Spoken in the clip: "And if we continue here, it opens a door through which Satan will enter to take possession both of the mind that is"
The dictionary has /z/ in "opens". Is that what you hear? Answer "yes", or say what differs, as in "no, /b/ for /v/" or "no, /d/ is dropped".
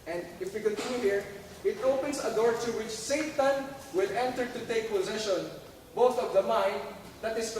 no, /s/ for /z/